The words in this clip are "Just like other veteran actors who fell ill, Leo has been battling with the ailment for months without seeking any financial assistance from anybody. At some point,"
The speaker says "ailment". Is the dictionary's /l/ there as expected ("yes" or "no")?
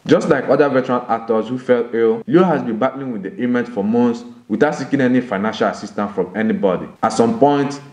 no